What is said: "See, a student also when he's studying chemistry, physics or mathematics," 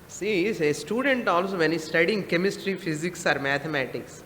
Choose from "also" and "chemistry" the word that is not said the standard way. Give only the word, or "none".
none